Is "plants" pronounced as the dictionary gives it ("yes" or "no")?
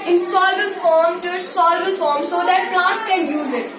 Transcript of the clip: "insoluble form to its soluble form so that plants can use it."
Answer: no